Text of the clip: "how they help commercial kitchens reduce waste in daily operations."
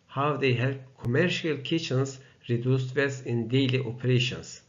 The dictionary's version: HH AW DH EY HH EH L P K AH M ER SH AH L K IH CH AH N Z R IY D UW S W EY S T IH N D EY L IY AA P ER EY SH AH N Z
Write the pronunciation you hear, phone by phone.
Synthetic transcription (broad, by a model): HH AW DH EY HH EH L K AH M ER SH AH L K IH CH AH N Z R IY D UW S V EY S IH N D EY L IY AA P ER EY SH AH N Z